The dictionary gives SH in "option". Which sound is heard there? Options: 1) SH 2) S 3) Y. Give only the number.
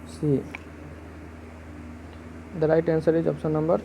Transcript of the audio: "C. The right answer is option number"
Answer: 2